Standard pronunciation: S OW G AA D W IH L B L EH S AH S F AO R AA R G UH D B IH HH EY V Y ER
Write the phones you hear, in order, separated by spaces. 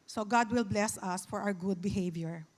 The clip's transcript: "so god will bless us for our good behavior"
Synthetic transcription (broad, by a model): S OW G AA D W IH L B L EH S AH S F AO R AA W G UH D B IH HH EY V Y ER